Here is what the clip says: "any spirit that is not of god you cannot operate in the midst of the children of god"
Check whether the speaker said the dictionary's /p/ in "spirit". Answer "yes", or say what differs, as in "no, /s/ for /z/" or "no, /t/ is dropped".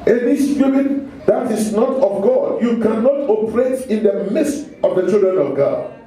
no, /f/ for /p/